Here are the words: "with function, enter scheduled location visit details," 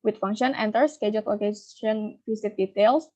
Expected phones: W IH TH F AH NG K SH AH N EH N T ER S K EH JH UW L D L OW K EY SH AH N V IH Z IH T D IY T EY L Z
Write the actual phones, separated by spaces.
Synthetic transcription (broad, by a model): W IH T F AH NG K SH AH N EH N T ER S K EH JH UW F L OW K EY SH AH N F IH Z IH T D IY T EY L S